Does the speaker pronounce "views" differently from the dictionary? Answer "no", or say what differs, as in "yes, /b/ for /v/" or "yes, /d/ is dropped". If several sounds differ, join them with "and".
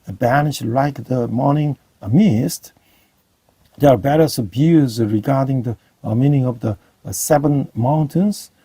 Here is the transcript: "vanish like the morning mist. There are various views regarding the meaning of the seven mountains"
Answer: yes, /b/ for /v/